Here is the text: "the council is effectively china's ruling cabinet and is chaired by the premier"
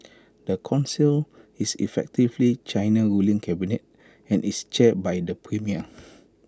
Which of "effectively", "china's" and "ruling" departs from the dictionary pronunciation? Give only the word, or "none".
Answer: china's